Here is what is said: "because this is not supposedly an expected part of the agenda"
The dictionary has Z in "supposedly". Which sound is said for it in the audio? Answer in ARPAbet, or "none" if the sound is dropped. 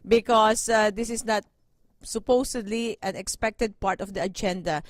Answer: S